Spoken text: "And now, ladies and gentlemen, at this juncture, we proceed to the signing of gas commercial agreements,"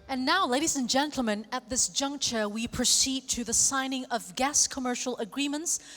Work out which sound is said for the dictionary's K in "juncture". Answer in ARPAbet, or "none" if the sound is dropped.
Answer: K